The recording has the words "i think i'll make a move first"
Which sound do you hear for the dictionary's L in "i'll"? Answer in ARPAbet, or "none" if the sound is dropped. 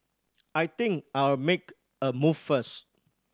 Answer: W